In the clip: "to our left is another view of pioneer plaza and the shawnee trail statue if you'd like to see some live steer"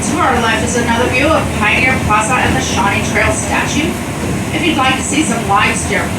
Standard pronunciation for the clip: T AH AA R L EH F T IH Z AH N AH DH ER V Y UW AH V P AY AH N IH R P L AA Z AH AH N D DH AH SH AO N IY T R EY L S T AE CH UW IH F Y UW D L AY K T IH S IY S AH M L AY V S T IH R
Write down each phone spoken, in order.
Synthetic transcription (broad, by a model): T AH AA R L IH F IH Z AH N AH DH ER V Y UW AH V P AY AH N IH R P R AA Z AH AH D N DH AH SH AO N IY T R EY L S T AE CH UW IH F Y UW D L AY K T IH S IY S AH M L AY V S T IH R